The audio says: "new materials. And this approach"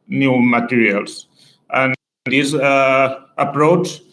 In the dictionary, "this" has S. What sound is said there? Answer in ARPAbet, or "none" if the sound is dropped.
none